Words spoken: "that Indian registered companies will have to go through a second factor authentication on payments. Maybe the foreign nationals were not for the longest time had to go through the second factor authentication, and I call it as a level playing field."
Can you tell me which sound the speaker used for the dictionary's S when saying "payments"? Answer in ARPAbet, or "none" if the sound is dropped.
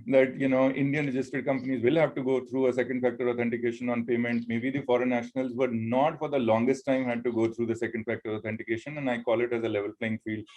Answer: none